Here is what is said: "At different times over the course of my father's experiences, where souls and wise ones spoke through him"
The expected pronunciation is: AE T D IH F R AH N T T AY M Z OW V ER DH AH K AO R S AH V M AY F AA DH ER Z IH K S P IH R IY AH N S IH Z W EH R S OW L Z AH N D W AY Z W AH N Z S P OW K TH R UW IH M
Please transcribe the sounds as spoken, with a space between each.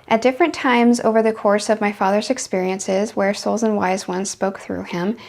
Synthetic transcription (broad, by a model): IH T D IH F R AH N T T AY M Z OW V ER DH AH K AO R S AH V M AY F AA DH ER Z IH K S P IH R IY AH N S IH Z W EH R S OW L Z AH N W AY Z W AH N Z S P OW K TH R UW IH M